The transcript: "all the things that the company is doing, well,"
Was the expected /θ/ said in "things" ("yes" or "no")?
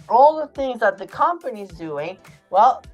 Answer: yes